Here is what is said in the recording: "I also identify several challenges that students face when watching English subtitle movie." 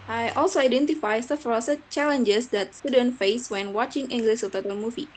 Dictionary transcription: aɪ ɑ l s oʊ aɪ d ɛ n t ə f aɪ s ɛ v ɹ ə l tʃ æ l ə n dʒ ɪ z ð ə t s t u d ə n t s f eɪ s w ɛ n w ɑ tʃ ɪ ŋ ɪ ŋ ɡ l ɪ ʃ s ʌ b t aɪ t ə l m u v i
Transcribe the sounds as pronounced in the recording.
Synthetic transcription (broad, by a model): aɪ ɑ l s oʊ aɪ d ɛ n t ə f aɪ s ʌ f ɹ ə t tʃ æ l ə n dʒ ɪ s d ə t s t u d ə n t f eɪ s w ɛ n w ɑ tʃ ɪ ŋ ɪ ŋ ɡ l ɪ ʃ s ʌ t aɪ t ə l m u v i